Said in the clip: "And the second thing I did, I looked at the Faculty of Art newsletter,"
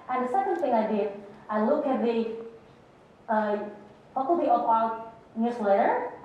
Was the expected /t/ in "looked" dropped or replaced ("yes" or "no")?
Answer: yes